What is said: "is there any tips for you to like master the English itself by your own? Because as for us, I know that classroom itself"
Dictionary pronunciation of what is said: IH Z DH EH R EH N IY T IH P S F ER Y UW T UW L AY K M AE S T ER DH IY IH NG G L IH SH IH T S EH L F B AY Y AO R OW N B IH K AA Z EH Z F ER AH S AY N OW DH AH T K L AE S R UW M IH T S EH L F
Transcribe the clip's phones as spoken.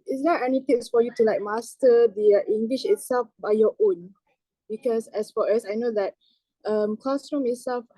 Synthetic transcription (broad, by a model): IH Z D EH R EH N IY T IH S F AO Y UW T UW L AY K M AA S T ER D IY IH NG G L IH SH IH T S EH L F B AY Y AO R OW N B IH K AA S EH S F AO AH S AY N OW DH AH T K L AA S R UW M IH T S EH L F